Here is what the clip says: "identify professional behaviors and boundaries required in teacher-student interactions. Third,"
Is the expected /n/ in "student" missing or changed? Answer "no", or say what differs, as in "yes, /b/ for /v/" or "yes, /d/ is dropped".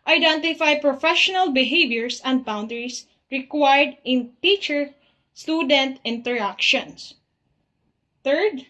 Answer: no